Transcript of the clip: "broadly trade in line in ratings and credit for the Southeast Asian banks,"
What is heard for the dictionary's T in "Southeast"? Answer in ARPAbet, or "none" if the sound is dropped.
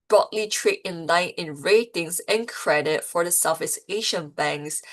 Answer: none